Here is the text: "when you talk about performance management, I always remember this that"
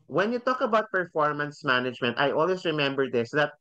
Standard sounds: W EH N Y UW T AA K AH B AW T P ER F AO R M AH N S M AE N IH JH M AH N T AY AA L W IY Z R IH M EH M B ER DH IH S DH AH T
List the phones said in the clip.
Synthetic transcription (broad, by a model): W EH N Y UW T AA K AH B AW T P ER F AO R M AH N S M AE N IH JH M AH N T AY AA L W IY S R IH M EH M B ER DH IH S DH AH T